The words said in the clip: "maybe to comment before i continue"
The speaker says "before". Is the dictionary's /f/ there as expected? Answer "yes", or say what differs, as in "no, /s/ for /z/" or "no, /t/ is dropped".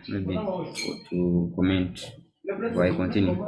no, /f/ is dropped